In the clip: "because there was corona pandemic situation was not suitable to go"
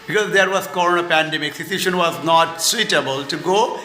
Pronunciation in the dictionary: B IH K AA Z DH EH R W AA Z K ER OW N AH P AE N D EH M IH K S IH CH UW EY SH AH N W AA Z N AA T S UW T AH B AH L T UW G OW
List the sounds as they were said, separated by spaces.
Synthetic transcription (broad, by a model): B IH K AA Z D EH R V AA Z K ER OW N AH P AE N D EH M IH K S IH S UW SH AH N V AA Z N AA T S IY T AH B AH L T UW G OW